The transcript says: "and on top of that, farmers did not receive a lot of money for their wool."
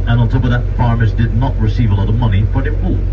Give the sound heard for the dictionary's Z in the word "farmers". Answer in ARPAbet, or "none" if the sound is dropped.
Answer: Z